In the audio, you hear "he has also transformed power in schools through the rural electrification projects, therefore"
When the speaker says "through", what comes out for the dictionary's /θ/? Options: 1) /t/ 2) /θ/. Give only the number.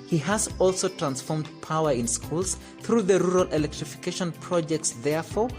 2